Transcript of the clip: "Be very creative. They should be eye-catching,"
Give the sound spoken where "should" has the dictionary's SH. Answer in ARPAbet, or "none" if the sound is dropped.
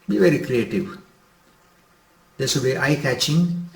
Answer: S